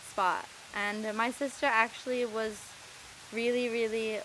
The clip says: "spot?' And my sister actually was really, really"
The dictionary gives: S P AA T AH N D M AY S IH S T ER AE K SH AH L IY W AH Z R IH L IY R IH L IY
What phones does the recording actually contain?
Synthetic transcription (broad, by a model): S P AA T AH N M AY S IH S T ER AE K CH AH L IY W AH Z R IH L IY R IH L IY